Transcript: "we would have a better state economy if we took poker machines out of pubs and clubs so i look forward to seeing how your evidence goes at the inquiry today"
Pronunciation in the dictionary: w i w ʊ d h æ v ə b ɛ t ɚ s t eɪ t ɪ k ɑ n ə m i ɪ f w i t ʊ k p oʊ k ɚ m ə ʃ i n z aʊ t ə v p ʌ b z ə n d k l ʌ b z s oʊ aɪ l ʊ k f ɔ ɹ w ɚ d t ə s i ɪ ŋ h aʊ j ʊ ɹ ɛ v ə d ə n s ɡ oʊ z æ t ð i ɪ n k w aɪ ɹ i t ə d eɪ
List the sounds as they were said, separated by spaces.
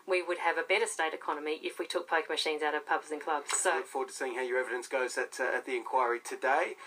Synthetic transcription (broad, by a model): w i w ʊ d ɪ v ə b ɛ t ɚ s t eɪ t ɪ k ɑ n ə m i ɪ f w i t ʊ k p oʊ k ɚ m ə ʃ i n z aʊ t ə v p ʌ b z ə n k l ʌ b z s oʊ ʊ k f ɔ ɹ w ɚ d t ə s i ɪ ŋ h aʊ j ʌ ɹ ɛ v ə d ə n s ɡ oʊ z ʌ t ð i ɪ n k w aɪ ɹ i t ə d eɪ